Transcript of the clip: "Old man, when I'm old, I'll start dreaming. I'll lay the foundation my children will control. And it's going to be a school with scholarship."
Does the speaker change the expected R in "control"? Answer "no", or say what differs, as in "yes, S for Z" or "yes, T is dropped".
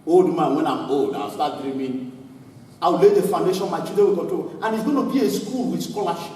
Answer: yes, R is dropped